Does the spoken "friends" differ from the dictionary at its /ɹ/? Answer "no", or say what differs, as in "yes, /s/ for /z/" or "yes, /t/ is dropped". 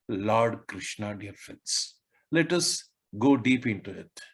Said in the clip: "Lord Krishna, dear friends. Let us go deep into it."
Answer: yes, /ɹ/ is dropped